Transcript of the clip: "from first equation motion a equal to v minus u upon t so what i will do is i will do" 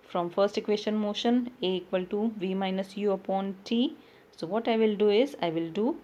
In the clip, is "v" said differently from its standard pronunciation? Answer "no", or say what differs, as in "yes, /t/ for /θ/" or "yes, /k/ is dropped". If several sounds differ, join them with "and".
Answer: no